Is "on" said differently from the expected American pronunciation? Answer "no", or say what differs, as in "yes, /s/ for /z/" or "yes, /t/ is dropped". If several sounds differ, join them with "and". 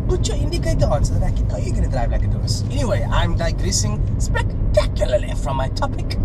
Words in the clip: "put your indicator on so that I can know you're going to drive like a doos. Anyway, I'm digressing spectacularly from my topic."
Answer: no